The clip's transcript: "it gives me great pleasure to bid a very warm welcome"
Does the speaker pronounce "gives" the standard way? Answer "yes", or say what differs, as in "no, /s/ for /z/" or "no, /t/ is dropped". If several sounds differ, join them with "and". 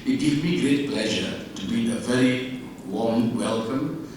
no, /z/ is dropped